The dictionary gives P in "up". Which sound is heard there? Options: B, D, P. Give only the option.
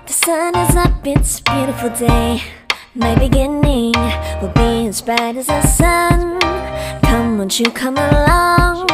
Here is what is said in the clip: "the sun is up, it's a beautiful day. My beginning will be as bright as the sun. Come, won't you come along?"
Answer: B